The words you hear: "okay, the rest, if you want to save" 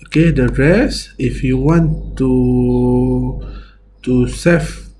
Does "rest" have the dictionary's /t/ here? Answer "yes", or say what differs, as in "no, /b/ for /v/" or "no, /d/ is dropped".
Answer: no, /t/ is dropped